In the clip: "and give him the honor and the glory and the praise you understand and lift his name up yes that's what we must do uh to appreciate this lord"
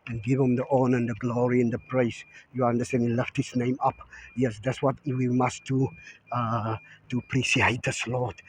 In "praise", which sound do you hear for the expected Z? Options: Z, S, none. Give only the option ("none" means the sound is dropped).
S